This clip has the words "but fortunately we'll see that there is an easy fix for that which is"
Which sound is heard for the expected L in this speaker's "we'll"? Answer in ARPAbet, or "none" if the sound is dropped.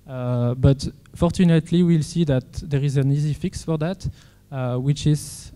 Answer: L